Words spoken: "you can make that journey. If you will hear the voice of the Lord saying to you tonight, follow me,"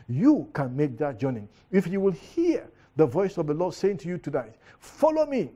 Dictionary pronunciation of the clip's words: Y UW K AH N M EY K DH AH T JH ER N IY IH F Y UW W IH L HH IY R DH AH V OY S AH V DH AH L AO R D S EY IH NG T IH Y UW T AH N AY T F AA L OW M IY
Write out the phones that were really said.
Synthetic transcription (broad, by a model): Y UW K AH N M EY K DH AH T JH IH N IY IH F Y UW W IH L HH IY R DH AH V OY S AH V DH AH L AO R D S EY IH NG T IH Y UW T AH N AY T F AA L OW M IY